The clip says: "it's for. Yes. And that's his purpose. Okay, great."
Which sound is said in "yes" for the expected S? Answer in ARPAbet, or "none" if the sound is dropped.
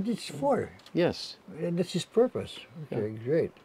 S